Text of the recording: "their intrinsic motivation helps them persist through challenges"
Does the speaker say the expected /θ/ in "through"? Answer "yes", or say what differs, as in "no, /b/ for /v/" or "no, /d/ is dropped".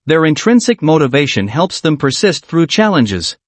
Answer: yes